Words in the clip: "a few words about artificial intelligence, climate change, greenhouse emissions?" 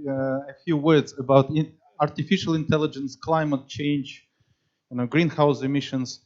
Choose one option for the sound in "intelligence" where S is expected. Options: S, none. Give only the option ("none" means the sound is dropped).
S